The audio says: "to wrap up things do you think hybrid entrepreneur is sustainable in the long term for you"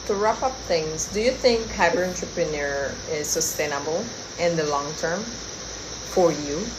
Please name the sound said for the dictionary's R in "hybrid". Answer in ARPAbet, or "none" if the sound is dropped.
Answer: none